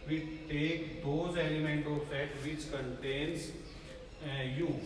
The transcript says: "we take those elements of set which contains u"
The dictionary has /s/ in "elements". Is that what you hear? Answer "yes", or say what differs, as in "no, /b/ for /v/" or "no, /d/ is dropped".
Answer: no, /s/ is dropped